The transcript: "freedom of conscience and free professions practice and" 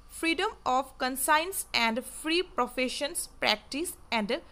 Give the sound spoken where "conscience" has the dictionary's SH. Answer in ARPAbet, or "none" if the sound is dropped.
S